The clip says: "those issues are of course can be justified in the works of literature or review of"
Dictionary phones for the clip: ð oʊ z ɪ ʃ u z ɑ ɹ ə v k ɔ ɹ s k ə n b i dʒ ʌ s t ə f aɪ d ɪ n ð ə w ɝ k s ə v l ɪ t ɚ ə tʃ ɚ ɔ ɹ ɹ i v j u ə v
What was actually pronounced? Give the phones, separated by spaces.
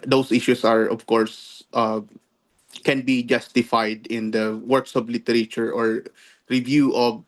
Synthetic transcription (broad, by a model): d oʊ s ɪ ʃ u s ɑ ɹ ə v k ɔ ɹ s k ə n b i dʒ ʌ s t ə f aɪ d ɪ n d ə w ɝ k s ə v l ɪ t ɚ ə tʃ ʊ ɔ ɹ ɹ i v j u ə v